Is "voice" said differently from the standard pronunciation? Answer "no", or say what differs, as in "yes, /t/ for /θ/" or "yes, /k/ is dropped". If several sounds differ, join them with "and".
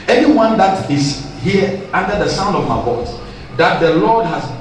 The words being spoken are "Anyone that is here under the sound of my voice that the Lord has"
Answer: yes, /b/ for /v/